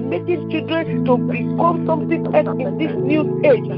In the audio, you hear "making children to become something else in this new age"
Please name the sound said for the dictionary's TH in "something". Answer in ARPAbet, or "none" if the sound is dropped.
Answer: T